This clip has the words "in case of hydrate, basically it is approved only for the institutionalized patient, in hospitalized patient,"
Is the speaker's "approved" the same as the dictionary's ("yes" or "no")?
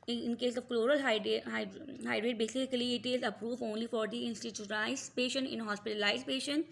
no